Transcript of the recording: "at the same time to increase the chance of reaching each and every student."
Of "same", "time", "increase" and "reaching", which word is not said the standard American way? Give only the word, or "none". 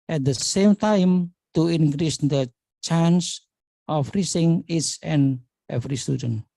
reaching